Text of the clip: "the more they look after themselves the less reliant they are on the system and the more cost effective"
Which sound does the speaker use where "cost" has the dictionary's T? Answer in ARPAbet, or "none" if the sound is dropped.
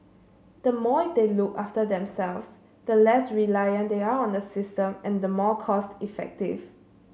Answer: T